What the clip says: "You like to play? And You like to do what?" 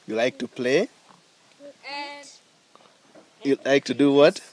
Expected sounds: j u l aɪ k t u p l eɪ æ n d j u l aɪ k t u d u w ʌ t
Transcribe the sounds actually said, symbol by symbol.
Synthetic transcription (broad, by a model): j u l aɪ k t u p l eɪ j u l aɪ k t u d u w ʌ t